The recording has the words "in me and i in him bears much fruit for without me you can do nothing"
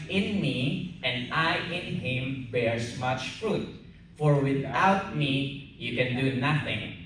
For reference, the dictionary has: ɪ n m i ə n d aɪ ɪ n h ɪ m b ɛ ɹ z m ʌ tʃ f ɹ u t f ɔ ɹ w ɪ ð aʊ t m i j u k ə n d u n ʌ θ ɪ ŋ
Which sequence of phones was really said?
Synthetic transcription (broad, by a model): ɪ n m i ə n d aɪ ɪ n h ɪ m b ɛ ɹ s m ʌ tʃ f ɹ u t f ɔ ɹ w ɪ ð aʊ t m i j u k ə n d u n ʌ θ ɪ ŋ